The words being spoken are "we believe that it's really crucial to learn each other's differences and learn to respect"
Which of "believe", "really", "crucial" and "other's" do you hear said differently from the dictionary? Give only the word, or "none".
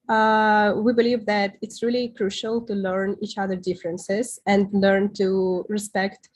other's